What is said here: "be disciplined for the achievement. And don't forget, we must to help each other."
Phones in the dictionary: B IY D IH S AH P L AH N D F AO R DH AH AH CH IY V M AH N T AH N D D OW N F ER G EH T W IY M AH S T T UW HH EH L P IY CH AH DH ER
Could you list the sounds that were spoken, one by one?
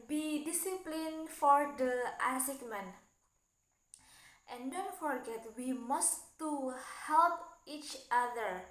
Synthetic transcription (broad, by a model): B IY D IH S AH P L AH N F AO R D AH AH S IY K M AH N T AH N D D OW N F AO G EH T W IY M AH S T T UW HH EH L P IY CH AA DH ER